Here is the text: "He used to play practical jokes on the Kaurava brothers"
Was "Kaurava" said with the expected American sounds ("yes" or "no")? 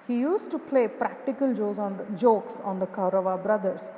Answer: yes